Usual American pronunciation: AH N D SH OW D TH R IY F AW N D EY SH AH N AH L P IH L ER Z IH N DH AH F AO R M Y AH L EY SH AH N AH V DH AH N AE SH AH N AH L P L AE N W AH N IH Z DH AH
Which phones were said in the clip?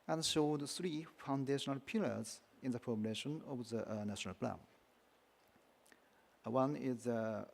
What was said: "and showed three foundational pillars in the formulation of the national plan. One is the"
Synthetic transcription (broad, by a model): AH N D SH OW D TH R IY F AW N D EY SH AH N AH L P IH L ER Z IH N DH AH P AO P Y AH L EY SH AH N AH V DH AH N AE SH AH N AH L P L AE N W AH N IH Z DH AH